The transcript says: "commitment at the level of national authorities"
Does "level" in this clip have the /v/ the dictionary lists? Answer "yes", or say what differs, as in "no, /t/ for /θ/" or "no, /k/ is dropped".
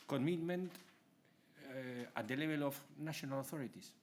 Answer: no, /b/ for /v/